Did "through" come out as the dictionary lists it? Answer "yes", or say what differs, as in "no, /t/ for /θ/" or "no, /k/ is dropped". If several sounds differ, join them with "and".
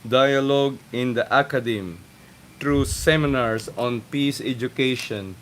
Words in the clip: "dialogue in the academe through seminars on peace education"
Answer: no, /t/ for /θ/